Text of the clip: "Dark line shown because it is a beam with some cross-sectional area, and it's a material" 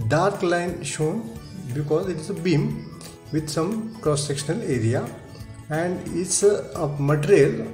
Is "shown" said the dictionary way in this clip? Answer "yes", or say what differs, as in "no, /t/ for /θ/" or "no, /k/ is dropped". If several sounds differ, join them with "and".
yes